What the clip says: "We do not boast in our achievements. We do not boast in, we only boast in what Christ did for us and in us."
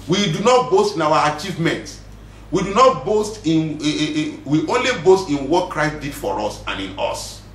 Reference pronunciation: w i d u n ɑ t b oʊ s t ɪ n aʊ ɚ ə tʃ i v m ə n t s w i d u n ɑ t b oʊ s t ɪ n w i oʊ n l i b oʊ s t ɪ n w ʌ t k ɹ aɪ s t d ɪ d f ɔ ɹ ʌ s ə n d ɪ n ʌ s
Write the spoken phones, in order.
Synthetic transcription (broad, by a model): w i d u n ɑ t b oʊ s t ɪ n aʊ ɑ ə tʃ i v m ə n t w i d u n ɑ t b oʊ s t ɪ n w i oʊ n l i b oʊ s t ɪ n w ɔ t k ɹ aɪ s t d ɪ d f ɔ ɹ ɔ s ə n ɪ n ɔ s